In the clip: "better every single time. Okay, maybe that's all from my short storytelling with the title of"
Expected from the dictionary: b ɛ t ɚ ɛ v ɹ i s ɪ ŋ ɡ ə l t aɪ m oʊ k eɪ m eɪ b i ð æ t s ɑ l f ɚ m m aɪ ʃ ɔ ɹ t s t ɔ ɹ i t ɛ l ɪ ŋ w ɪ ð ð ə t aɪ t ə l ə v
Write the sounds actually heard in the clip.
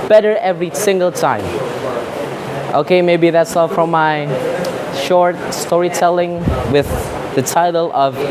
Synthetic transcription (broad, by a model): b ɛ t ɚ ɛ v ɹ i s ɪ ŋ ɡ ə l t aɪ m oʊ k eɪ m eɪ b i ð æ t s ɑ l f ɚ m m aɪ ʃ ɔ ɹ t s t ɔ ɹ i t ɛ l ɪ ŋ w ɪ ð ð ə t aɪ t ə l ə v